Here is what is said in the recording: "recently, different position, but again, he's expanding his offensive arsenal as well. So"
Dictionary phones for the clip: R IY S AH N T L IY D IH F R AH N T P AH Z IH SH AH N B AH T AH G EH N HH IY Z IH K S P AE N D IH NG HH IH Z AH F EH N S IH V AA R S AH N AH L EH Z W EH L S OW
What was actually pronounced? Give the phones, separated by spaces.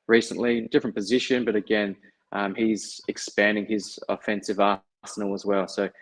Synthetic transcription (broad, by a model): R IY S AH N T L IY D IH F R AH N P AH Z IH SH AH N B AH T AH G EH N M IY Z IH K S P AE N D IH NG IH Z AH F EH N S IH V AA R S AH N L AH Z W EH L S OW